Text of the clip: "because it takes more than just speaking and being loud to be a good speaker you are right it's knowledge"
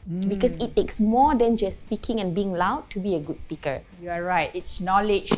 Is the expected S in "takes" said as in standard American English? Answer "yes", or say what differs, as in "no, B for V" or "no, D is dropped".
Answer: yes